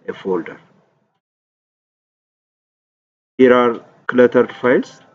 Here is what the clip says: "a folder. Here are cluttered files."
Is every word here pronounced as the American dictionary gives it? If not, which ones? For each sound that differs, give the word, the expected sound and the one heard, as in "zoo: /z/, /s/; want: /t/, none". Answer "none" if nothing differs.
none